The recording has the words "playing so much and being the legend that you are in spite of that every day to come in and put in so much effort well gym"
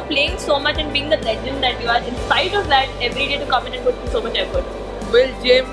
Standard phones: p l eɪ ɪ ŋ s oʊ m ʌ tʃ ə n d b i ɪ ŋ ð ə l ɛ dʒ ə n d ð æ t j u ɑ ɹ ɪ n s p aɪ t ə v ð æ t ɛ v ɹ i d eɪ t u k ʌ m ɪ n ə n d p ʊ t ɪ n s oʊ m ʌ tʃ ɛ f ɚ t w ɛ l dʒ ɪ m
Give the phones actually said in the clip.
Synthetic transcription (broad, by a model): p l eɪ ɪ ŋ s oʊ m ʌ tʃ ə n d b i ɪ ŋ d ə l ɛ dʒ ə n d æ t j u ɑ ɹ ɪ n s aɪ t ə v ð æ t ɛ v ɹ i d eɪ t u k ʌ m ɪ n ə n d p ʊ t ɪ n s oʊ m ʌ tʃ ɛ f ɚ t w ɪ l dʒ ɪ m